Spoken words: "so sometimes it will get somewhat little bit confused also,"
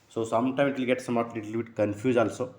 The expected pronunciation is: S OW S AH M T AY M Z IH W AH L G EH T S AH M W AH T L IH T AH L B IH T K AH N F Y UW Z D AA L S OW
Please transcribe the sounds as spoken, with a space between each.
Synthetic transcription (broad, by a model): S OW S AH M T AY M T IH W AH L G EH T S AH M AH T L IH T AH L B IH T K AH N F Y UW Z AA L S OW